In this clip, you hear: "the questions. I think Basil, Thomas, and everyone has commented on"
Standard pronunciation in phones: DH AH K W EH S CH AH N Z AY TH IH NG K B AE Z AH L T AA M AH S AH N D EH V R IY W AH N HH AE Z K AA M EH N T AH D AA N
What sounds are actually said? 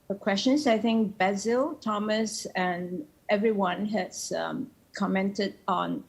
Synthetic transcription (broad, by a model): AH K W EH S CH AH N S AY TH IH NG K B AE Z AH L T AA M AH S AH N EH V R IY W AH N HH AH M K AA M EH N T AH D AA N